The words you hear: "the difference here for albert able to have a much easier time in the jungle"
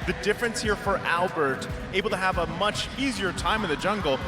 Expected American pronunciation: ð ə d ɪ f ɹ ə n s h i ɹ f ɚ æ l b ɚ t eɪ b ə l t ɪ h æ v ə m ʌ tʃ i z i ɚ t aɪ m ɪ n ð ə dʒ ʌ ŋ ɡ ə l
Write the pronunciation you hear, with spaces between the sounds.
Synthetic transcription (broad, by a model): ð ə d ɪ f ɹ ə n s h i ɹ f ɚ æ l b ɚ t eɪ b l t ɪ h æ v ə m ʌ tʃ i z i ɚ t aɪ m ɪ n ð ə dʒ ʌ ŋ ɡ l